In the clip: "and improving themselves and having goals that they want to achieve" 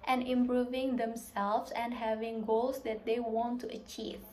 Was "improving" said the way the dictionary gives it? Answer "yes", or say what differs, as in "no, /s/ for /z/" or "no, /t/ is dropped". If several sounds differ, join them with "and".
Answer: yes